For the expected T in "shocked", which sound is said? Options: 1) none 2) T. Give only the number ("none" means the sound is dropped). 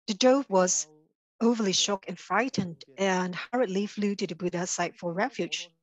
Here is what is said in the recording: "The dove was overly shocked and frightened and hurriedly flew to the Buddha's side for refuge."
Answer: 1